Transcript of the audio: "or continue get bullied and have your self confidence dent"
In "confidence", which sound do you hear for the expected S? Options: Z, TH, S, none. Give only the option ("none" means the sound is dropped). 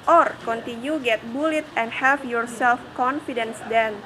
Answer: S